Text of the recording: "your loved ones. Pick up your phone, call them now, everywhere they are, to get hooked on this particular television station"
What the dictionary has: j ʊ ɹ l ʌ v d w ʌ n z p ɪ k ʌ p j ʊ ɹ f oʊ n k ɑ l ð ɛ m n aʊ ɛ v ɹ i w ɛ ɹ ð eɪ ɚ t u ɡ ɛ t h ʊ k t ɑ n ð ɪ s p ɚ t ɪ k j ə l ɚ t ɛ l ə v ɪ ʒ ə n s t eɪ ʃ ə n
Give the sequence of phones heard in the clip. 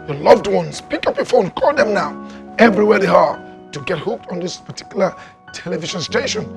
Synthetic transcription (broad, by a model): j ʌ l ʌ v d w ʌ n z p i k ʌ p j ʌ f oʊ n k ɑ l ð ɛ m n aʊ ɛ v ɹ i w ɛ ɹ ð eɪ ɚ t u ɡ ɛ t h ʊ k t ɑ n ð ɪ s p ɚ t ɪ k j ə l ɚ t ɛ l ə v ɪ ʃ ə n s t eɪ ʃ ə n